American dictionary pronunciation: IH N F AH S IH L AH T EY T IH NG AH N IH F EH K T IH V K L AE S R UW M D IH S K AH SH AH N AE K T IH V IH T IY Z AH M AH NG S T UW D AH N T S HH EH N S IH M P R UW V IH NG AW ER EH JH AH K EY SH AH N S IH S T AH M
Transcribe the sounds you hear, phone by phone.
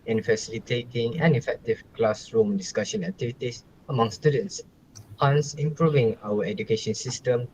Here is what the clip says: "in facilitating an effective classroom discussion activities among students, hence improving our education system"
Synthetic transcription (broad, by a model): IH N F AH S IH L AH T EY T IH NG AH N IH F EH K T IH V K L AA S R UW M D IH S K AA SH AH N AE K T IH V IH T IY S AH M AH NG S T UW D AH N T S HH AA N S IH M P R UW V IH NG AW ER EH JH AH K EY SH AH N S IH S T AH M